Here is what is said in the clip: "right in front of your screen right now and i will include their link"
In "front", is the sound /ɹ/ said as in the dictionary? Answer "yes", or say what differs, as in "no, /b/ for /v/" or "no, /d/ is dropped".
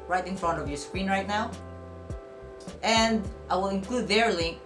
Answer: yes